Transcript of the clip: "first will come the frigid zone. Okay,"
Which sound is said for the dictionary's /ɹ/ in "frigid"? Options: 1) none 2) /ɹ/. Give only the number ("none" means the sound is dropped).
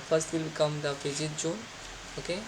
1